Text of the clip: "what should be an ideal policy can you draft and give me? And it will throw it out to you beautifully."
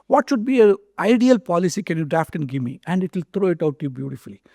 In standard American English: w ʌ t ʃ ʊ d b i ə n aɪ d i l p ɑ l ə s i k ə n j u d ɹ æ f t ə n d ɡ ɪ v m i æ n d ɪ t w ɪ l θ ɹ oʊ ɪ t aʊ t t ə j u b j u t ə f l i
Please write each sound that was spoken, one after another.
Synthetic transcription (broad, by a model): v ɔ t ʃ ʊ d b i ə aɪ d i l p ɑ l ə s i k ə n j u d ɹ æ f t ə n d ɡ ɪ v m i æ n d ɪ t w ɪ l t ɹ oʊ ɪ t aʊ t t j u b j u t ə f l i